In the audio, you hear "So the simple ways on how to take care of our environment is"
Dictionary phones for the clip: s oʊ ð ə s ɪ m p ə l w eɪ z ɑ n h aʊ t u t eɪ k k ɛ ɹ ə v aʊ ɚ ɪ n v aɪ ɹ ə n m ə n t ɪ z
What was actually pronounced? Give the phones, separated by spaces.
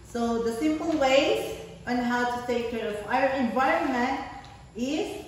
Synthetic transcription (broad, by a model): s oʊ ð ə s ɪ m p ə l w eɪ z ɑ n h aʊ t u t eɪ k k ɛ ɹ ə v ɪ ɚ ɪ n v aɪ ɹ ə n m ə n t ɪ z